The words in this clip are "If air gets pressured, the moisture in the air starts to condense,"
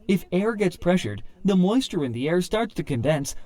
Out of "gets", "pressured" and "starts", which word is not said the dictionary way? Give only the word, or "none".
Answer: none